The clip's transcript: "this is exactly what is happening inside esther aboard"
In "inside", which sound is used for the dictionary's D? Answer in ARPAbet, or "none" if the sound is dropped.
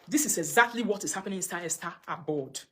none